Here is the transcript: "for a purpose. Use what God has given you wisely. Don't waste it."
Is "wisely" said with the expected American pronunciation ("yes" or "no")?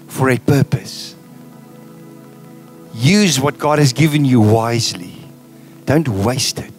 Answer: yes